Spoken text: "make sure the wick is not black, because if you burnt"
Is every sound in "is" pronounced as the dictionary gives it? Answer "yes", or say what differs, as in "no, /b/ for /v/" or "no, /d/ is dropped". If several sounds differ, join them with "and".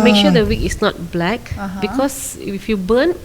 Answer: no, /s/ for /z/